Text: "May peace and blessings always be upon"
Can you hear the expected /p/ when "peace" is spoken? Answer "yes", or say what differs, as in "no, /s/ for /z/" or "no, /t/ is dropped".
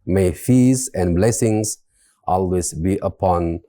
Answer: no, /f/ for /p/